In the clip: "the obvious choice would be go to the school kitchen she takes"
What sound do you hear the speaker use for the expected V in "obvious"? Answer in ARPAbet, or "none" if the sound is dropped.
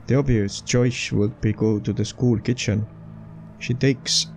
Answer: none